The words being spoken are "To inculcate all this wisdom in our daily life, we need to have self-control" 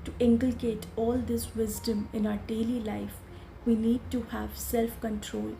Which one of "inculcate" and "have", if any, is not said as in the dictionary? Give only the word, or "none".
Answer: none